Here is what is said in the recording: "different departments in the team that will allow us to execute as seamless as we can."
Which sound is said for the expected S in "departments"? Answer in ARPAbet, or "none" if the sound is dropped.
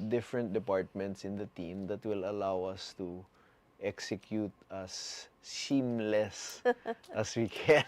S